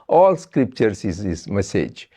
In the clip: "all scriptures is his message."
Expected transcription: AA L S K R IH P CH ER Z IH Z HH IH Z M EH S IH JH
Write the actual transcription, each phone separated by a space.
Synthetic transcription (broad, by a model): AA L S K R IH P CH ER S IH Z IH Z M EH S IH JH